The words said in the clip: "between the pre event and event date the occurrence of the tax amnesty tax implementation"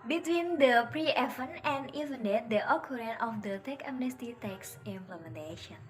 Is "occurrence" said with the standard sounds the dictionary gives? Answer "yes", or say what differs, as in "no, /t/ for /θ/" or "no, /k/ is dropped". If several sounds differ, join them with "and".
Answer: no, /s/ is dropped